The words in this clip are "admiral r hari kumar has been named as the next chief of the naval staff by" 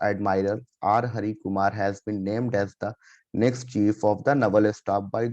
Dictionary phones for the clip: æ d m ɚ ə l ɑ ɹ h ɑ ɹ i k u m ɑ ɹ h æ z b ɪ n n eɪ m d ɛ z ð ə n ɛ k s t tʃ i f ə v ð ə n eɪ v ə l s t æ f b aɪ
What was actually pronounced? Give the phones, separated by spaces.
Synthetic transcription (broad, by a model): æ d m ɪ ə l ɑ ɹ h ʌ ɹ i k u m ɑ ɹ h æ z b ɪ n n eɪ m d ɛ z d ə n ɛ k s t tʃ i f ə v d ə n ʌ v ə l s t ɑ p b aɪ